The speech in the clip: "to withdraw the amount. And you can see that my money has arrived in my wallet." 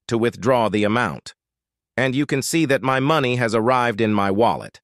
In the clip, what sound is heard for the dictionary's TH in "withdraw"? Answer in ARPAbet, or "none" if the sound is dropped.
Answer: TH